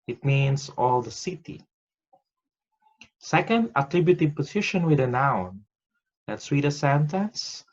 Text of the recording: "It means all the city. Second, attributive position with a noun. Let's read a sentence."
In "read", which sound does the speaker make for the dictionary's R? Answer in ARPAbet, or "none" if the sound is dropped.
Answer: W